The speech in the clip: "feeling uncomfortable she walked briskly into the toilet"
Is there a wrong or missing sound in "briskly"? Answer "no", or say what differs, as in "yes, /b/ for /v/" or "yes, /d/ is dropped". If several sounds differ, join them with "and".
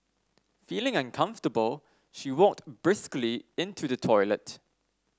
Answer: no